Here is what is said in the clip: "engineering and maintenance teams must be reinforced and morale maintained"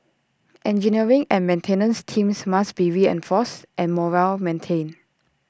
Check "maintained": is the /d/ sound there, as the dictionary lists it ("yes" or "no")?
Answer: no